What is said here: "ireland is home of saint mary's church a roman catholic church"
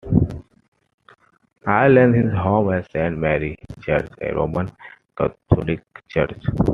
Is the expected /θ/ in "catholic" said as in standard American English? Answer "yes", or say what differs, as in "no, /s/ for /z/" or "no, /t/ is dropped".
no, /t/ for /θ/